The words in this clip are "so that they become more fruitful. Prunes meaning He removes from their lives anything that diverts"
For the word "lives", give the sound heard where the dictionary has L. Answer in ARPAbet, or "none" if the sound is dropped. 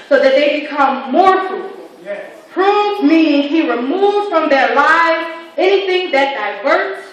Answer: L